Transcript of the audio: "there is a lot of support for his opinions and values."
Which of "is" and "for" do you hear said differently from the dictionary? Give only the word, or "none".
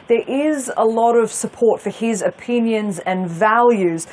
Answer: none